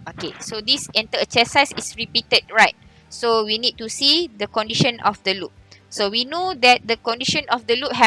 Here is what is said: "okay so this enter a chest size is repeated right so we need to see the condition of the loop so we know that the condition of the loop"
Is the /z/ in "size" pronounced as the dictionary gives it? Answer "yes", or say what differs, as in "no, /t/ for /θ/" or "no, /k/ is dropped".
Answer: no, /s/ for /z/